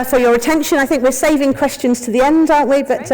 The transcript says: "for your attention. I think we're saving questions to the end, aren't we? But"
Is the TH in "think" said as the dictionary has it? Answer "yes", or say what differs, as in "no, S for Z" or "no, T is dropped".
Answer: yes